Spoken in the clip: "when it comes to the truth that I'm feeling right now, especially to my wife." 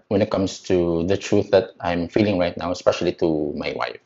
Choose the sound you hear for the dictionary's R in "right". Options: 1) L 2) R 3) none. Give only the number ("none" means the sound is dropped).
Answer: 2